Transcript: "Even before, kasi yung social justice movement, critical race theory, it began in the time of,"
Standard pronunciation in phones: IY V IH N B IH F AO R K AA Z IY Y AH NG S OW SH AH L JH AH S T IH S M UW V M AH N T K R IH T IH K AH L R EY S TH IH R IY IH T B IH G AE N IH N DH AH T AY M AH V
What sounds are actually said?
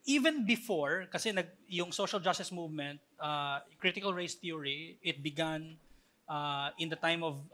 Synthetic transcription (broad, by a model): IY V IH N B IH F AO R K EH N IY Y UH NG S OW SH AH L JH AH S T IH S M UW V M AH N T K R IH T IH K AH L R EY S T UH R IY IH T B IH G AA N IH N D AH T AY M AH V